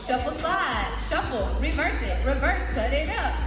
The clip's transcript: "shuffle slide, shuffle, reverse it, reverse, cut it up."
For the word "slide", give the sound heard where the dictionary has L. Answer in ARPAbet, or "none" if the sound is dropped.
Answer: none